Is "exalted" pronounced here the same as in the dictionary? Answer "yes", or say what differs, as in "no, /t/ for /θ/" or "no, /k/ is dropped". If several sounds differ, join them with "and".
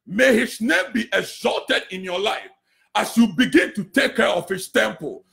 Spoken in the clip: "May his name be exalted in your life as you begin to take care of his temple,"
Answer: yes